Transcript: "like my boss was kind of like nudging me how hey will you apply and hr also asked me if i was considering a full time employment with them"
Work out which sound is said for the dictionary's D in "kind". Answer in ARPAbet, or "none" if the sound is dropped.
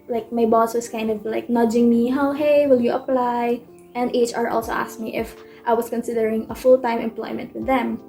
D